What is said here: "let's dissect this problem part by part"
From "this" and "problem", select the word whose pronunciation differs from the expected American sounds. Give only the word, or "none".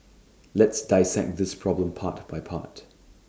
none